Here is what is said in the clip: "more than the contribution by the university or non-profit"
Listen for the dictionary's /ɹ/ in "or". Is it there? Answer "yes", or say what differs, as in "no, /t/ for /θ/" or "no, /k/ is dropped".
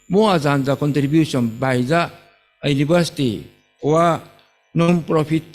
no, /w/ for /ɹ/